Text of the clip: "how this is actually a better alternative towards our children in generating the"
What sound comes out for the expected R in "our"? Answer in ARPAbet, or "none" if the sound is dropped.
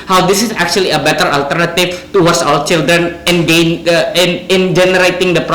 L